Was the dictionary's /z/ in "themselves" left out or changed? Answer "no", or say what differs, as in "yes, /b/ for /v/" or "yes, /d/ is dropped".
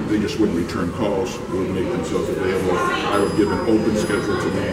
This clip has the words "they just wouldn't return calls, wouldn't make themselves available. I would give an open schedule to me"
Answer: no